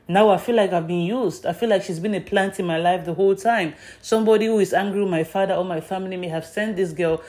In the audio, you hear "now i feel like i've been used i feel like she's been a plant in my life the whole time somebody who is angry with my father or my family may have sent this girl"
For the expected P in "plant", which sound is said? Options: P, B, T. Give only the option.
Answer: P